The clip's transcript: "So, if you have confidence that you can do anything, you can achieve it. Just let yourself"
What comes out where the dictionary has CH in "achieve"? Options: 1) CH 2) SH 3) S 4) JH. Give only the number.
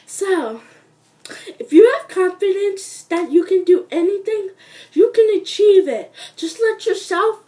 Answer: 1